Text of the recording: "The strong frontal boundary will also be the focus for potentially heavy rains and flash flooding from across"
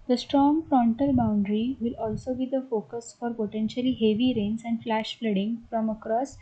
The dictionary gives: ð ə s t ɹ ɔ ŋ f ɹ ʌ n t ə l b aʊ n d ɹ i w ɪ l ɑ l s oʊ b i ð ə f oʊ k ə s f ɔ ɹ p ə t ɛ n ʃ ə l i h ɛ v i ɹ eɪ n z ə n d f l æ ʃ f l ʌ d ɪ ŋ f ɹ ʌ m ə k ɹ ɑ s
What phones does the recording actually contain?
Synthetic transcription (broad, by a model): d ə s t ɹ ɔ ŋ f ɹ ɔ n t ə l b aʊ n d ɹ i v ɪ l ɑ l s oʊ b i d ə f oʊ k ə s f ɔ ɹ p ə t ɛ n ʃ ə l i h ɛ v i ɹ eɪ n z ə n d f l æ ʃ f l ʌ d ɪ ŋ f ɹ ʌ m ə k ɹ ɑ s